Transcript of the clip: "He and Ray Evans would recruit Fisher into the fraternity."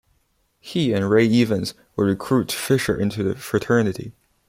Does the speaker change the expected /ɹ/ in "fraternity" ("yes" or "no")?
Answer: no